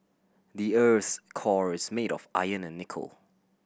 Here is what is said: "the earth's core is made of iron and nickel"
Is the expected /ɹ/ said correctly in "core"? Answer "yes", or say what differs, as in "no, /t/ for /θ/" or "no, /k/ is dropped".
yes